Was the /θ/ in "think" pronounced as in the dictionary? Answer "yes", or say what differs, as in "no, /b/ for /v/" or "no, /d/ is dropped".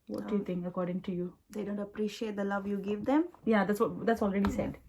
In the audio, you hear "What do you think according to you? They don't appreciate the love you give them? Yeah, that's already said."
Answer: no, /t/ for /θ/